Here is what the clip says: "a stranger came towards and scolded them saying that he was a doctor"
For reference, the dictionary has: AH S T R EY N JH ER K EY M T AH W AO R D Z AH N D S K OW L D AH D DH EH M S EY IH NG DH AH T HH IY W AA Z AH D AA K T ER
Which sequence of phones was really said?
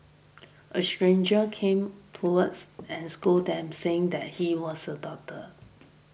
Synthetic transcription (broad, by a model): AH S T R EY N JH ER K EY M T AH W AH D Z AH N S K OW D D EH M S EY IH NG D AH T HH IY W AA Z AH D AA T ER